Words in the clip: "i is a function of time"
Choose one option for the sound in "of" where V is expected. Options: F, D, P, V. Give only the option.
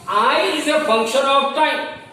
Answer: P